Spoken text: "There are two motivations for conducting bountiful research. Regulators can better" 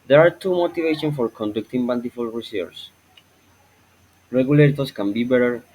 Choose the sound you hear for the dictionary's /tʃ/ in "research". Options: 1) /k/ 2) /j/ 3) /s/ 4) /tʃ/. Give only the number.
3